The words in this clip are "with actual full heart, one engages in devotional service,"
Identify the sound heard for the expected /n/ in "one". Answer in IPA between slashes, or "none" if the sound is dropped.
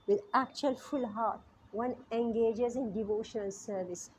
/n/